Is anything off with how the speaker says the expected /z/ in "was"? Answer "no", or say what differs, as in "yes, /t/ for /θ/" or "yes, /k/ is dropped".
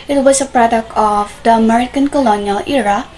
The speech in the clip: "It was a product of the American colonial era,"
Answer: yes, /s/ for /z/